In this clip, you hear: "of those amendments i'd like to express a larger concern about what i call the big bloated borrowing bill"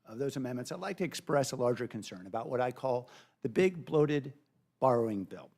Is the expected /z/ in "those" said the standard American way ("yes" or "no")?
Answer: yes